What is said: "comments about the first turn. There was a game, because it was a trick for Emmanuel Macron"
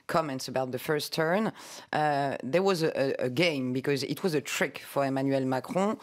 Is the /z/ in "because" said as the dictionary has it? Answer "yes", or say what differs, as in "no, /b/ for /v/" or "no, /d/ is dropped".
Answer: yes